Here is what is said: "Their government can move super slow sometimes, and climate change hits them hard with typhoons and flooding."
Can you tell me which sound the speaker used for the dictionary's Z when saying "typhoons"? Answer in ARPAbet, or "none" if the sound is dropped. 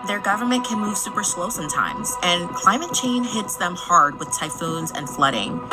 Z